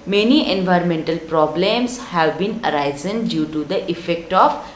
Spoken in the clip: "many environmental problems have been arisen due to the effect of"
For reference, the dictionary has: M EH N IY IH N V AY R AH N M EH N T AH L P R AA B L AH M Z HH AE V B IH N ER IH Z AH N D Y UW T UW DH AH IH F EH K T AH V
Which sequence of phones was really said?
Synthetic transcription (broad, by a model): M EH N IY IH N V AY R AH N M EH N T AH L P R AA B L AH M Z HH AE V B IH N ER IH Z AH N D Y UW T UW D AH IH F EH K T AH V